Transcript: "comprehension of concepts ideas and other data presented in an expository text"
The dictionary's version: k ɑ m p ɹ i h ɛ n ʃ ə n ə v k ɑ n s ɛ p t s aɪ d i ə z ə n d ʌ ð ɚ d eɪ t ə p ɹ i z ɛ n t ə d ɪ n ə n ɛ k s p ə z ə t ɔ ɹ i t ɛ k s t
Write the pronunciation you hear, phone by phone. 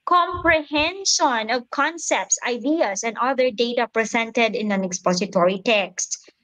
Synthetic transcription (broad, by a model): k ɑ m p ɹ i h ɛ n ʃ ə n ə v k ɑ n s ɛ p t s aɪ d i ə s ə n d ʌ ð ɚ d eɪ t ə p ɹ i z ɛ n t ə d ɪ n ə n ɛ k s p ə s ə t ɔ ɹ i t ɛ k s t